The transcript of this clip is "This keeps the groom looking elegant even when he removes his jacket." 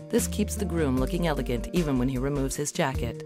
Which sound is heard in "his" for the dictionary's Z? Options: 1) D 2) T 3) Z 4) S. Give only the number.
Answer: 3